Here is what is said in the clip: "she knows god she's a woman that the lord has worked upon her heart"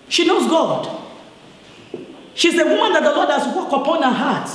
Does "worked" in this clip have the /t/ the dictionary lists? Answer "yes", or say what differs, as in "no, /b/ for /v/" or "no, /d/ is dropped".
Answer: no, /t/ is dropped